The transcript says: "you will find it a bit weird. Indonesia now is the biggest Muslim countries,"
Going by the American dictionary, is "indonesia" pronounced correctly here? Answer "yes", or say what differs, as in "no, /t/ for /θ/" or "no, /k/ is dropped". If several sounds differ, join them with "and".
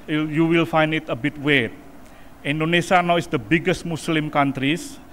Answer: no, /s/ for /ʒ/